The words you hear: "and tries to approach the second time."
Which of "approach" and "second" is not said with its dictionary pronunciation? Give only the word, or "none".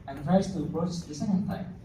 approach